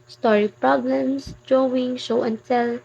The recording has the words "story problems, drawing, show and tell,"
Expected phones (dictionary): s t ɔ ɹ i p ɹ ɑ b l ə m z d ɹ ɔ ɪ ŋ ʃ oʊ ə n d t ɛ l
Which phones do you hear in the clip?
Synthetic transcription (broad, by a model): s t ɔ ɹ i p ɹ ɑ b l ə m s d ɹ ɔ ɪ ŋ ʃ oʊ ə n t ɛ l